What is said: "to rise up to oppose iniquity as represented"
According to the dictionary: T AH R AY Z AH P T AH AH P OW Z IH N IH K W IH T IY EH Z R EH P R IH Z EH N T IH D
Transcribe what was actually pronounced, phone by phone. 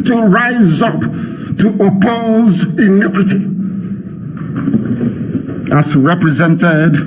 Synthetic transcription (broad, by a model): T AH R AY Z AH P T AH AH P OW Z IH N IH K W IH T IY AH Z R EH P R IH Z EH N T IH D